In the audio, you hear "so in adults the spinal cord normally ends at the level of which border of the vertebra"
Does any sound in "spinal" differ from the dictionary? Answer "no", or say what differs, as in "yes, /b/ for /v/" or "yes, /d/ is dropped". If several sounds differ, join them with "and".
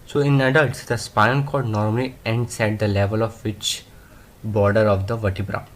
yes, /n/ is dropped and /n/ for /l/